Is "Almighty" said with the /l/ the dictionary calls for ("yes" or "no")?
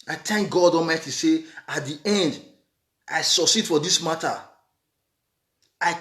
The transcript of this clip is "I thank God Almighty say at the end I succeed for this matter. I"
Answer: no